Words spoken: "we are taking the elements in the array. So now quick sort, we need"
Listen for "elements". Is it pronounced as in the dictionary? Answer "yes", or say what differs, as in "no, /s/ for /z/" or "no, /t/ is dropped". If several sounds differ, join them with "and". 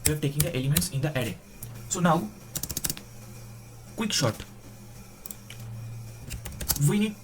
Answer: yes